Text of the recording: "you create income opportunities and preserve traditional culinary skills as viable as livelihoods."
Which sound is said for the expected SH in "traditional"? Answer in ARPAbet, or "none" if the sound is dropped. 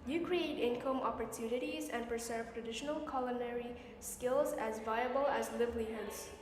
SH